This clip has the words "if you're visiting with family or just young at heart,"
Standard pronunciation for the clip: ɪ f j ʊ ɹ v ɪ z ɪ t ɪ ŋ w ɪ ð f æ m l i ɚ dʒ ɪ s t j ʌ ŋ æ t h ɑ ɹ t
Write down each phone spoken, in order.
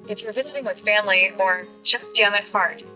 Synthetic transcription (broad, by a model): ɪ f j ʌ ɹ v ɪ z ɪ t ɪ ŋ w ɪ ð f æ m l i ɚ tʃ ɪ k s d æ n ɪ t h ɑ ɹ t